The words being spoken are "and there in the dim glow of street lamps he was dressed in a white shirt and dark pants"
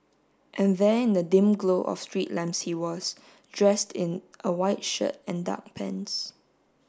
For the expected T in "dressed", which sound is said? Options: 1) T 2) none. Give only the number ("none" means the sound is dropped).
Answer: 1